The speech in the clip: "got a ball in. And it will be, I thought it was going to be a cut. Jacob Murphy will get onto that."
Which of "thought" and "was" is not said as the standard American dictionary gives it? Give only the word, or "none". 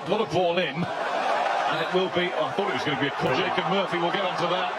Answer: none